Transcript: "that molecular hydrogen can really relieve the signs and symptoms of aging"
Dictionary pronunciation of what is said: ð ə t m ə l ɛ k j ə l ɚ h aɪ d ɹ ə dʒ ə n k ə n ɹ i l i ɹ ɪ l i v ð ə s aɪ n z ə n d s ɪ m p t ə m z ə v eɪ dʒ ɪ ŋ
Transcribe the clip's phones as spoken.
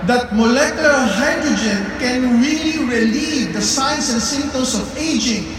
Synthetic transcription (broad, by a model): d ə t m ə l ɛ k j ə l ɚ h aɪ d ɹ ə dʒ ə n k ə n ɹ i l i ɹ ɪ l i v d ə s aɪ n s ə n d s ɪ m t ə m s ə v eɪ dʒ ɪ ŋ